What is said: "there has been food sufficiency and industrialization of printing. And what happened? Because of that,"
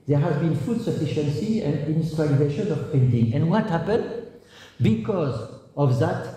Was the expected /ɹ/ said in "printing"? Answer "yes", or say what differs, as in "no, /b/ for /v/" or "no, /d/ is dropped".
no, /ɹ/ is dropped